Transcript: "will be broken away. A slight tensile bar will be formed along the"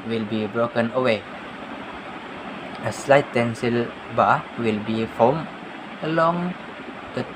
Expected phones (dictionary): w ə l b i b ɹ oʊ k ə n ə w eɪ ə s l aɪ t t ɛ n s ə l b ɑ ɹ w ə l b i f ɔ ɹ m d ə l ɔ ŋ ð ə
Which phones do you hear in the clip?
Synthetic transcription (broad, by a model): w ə l b i b ɹ oʊ k ə n ə w eɪ ə s l aɪ t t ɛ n s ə l b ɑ w ə l b i f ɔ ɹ m ə l ɔ ŋ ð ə